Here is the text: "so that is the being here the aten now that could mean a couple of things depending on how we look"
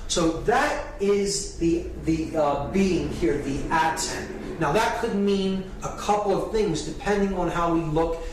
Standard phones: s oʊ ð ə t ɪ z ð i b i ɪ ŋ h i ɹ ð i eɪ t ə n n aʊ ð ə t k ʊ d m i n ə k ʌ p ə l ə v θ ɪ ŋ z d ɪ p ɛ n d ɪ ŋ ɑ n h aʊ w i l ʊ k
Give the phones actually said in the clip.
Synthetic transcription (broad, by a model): s oʊ ð ə t ɪ z ð i b i ɪ ŋ h i ɹ ð i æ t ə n n aʊ ð ə t k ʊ d m i n ə k ʌ p l ə v θ ɪ ŋ z d ɪ p ɛ n d ɪ ŋ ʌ n h aʊ w i l ʊ k